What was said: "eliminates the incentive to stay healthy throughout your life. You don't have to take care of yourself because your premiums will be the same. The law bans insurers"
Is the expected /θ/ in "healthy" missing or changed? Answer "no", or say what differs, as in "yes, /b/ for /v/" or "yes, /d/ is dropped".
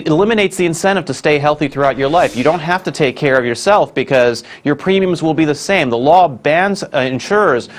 no